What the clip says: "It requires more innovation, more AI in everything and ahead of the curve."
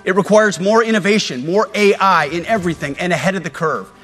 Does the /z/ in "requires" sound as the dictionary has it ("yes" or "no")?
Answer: yes